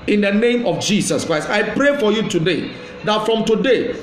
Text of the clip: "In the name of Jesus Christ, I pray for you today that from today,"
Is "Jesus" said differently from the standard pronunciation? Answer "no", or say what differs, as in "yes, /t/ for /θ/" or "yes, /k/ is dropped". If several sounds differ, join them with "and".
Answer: yes, /s/ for /z/